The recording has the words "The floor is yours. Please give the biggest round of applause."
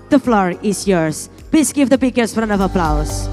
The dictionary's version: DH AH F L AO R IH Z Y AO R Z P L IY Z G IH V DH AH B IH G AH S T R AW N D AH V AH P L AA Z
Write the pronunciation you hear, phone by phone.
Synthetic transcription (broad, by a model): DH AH F L AO R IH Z Y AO R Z P L IY Z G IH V DH AH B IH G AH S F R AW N AH V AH P L AA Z